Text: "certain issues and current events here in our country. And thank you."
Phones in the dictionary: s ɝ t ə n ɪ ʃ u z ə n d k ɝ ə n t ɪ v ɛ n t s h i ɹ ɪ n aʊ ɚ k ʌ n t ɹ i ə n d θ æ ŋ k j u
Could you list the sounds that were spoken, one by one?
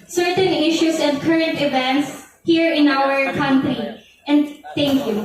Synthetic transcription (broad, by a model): s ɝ t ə n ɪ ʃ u s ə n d k ɝ ə n t ɪ v ɛ n t s h i ɹ ɪ n aʊ ɚ k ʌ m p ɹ i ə n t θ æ ŋ k j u